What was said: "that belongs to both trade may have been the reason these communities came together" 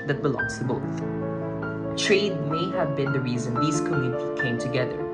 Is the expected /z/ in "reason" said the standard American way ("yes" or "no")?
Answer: yes